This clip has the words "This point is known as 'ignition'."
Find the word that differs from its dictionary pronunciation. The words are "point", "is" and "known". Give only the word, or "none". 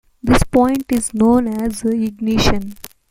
none